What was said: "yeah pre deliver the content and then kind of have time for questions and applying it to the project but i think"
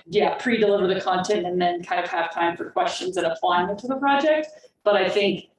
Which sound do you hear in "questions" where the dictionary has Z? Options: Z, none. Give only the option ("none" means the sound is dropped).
Z